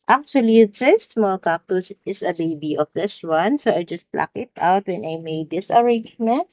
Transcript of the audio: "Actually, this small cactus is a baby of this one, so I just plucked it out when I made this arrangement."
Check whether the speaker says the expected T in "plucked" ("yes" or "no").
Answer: no